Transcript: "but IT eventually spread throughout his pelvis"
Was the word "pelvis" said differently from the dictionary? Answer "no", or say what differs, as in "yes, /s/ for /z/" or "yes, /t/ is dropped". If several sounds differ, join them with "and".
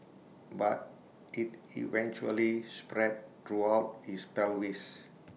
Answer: yes, /w/ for /v/